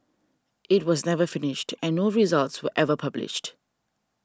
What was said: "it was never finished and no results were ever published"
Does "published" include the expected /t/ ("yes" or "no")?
yes